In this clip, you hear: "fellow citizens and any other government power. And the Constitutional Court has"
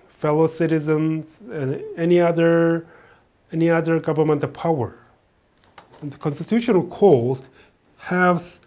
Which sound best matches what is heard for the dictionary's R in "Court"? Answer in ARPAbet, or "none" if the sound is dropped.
L